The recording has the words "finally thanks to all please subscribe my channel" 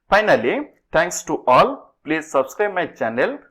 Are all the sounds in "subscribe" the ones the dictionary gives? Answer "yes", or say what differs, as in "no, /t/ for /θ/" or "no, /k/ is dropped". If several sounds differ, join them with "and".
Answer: yes